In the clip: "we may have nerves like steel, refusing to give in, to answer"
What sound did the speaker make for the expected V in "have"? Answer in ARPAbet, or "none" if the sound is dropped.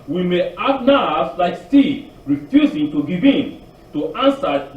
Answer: B